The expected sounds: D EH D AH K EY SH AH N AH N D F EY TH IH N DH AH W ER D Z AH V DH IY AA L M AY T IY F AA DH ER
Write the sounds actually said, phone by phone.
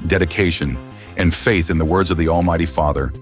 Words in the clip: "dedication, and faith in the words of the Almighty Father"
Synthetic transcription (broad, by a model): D EH D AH K EY SH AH N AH N F EY TH IH N DH AH W ER D Z AH V DH IY AA L M AY T IY F AA DH ER